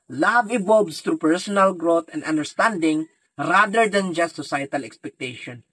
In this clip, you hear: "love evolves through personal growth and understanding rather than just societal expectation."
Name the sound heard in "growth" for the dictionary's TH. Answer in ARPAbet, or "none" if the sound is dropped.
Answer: T